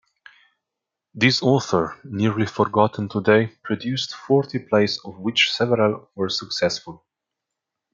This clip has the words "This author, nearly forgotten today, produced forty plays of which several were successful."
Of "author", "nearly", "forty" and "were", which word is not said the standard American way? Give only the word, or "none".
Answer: none